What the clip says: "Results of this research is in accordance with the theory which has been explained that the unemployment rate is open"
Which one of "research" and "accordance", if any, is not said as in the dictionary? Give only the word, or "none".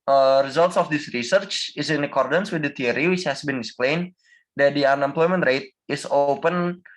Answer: none